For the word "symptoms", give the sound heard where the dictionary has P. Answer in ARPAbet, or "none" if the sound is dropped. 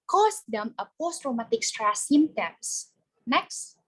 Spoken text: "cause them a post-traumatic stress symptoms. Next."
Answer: none